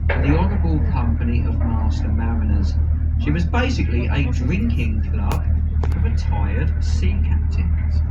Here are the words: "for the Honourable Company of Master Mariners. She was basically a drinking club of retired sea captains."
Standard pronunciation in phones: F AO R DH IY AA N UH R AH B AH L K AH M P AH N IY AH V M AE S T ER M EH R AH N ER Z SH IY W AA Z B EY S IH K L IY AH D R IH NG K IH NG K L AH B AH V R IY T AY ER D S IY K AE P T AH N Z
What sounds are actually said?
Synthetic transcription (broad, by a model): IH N DH IY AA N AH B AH L K AH M P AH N IY AH V M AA S T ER M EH R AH N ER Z SH IY W AA Z B EY S IH K L IY AH D R IH NG K IH NG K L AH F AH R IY T AY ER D S IY K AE P T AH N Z